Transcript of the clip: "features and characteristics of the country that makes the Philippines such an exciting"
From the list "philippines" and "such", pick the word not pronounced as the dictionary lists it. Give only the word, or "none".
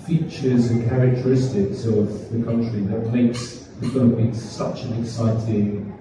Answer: philippines